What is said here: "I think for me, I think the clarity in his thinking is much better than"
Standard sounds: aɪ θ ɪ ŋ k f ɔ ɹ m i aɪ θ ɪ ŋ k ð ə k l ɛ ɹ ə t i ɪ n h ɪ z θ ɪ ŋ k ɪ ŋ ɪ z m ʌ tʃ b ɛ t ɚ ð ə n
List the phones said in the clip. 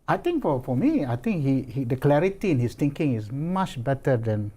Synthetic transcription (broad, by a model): aɪ t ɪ ŋ k f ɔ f m i aɪ t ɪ ŋ k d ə k l ɛ ɹ ə t i ɪ n h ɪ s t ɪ ŋ k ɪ ŋ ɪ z m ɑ tʃ b ɛ t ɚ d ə n